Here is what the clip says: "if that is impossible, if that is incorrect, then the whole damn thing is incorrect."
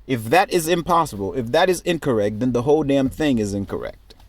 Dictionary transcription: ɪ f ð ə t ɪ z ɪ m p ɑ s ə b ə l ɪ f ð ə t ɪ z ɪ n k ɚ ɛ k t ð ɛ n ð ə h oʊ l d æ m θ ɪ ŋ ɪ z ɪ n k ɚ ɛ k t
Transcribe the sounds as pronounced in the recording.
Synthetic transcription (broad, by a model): ɪ f ð ə t ɪ z ɪ m p ɑ s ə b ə l ɪ f ð ə t ɪ z ɪ n k ɚ ɛ k t ð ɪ n ð ə h oʊ l d æ m θ ɪ ŋ ɪ z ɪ n k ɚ ɛ k t